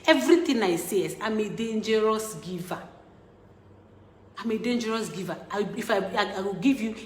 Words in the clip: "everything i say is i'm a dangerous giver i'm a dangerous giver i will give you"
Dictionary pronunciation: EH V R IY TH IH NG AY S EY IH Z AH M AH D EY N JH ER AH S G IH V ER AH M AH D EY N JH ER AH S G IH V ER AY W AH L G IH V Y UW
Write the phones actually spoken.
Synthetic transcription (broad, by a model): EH V R IY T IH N AY S EY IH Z AH M AH D EY N JH ER AH S G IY V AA AH M AH D EY N JH ER AH S G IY V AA AY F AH W G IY V Y UW